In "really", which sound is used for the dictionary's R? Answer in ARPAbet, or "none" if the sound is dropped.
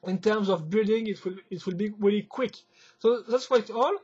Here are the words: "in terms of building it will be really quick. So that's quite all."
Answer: R